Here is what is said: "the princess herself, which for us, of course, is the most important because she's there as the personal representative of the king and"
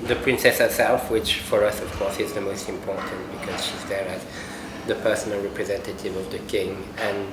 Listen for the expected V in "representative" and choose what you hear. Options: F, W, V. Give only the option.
V